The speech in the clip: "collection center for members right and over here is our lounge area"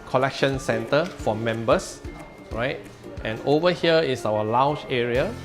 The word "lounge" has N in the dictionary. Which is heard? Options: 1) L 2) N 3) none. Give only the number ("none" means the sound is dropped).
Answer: 3